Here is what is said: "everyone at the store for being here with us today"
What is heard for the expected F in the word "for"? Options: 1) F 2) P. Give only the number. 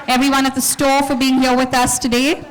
1